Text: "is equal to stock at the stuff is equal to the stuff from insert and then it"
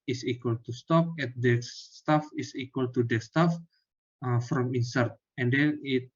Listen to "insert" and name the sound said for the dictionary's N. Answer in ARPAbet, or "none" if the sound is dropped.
N